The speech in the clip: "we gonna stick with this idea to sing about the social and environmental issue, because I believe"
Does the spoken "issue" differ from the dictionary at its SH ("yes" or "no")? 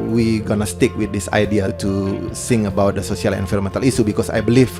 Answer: yes